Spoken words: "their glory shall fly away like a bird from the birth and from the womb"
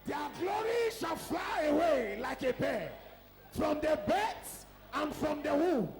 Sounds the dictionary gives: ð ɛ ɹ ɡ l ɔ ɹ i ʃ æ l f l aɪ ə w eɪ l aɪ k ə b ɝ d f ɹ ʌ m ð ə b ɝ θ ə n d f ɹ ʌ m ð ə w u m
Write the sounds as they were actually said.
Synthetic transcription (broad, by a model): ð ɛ ɡ l ɔ ɹ i ʃ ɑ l f l aɪ ə w eɪ l aɪ k ə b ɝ f ɹ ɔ m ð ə b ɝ s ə n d f ɹ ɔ m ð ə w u